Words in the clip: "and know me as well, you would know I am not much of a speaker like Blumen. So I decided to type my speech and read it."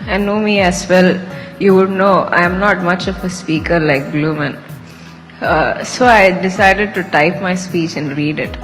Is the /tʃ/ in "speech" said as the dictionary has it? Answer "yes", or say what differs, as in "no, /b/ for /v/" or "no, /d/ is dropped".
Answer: yes